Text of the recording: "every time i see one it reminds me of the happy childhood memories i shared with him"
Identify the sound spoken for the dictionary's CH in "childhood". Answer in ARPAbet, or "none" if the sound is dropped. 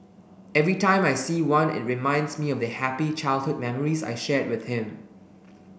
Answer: CH